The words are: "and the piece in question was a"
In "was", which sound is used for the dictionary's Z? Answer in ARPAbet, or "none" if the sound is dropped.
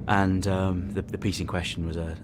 Z